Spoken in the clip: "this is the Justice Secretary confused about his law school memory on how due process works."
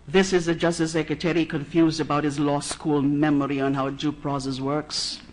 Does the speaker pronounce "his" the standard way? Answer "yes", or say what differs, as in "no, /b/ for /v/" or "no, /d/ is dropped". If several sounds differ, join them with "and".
yes